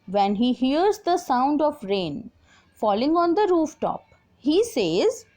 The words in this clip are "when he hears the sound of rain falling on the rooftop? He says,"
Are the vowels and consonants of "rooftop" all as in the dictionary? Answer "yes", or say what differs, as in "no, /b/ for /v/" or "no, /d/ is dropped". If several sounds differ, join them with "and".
yes